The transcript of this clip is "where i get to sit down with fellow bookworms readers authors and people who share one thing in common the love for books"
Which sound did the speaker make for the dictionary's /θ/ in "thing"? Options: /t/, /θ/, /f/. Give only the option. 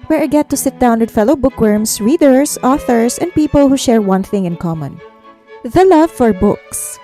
/θ/